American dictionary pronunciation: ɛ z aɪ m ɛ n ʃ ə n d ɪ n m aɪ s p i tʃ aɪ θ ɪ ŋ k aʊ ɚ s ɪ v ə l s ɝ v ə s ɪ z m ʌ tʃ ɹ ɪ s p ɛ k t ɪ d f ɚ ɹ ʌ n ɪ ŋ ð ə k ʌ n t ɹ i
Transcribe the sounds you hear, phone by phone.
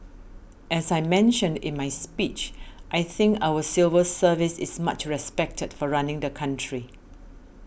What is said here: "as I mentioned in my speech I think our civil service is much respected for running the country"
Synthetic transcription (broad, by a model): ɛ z aɪ m ɛ n ʃ ə n d ɪ n m aɪ s p i tʃ aɪ θ ɪ ŋ k aʊ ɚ s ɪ v ə s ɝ v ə s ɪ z m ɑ tʃ ɹ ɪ s p ɛ k t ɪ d f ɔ ɹ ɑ n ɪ ŋ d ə k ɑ n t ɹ i